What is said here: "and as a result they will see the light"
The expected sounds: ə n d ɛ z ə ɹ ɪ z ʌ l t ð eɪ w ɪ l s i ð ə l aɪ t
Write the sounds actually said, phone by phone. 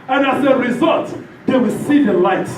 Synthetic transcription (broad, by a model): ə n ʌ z ə ɹ ɪ z ʌ l t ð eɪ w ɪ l s i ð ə l aɪ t